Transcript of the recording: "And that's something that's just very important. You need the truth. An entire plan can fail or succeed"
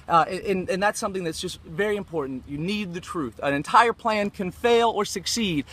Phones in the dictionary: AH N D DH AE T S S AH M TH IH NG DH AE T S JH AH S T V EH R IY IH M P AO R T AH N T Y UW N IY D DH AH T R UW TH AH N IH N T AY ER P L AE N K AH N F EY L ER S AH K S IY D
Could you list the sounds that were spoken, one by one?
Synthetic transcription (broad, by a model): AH N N DH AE T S S AH M TH IH NG DH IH T S JH AH S T V EH R IY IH M P AO R T N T Y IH N IY D DH AH T R UW TH AH N IH N T AY ER P L AE N K AH N F EY L ER S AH K S IY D